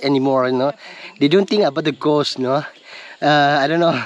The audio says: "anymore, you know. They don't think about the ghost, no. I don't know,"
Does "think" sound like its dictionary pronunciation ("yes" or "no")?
no